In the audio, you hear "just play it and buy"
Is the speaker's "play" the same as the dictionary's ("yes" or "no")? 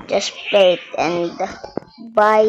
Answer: no